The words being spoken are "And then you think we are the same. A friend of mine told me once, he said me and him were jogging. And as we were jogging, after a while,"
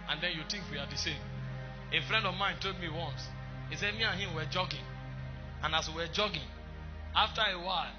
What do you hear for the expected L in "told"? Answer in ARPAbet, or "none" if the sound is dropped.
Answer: none